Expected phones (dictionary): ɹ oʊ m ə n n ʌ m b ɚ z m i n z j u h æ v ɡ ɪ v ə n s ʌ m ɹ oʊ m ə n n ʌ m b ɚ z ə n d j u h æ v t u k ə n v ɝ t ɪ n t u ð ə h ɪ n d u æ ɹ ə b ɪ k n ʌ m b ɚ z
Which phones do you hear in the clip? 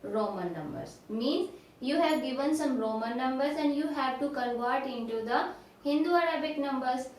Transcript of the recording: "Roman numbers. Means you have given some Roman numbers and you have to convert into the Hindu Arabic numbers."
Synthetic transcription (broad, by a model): ɹ oʊ m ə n n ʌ m b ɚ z m i n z j u h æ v ɡ ɪ v ə n s ʌ m ɹ oʊ m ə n n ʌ m b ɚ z ə n d j u h æ v t u k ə l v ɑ t ɪ n t u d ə h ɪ n d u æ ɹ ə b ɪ k n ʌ m b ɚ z